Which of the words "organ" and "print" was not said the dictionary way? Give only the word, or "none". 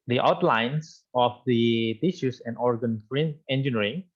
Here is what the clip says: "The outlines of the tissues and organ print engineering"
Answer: print